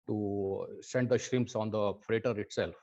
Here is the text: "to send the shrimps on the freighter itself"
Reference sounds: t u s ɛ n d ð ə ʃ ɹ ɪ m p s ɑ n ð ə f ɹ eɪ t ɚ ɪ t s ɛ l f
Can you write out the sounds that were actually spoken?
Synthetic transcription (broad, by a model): t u s ɛ n d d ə ʃ ɹ ɪ m p s ɑ n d ə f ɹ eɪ t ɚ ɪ t s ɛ l f